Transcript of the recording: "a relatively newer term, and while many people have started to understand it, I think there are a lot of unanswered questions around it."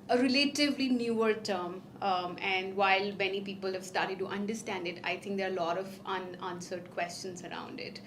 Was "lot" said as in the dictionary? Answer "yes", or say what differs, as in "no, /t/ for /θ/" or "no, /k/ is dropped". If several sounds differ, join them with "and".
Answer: yes